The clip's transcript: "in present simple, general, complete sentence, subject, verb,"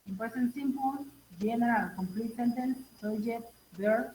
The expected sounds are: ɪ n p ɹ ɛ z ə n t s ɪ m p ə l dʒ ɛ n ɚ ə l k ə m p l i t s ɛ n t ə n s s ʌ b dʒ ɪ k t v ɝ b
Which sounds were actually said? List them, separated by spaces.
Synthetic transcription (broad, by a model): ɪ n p ɛ s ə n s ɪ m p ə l dʒ ɛ n ɚ ə l k ə m p l i t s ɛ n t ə n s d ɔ dʒ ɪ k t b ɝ